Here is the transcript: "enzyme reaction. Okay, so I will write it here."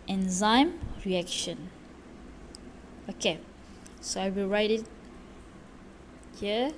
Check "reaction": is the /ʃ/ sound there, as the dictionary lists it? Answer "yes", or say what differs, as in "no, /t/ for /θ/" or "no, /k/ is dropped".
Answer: yes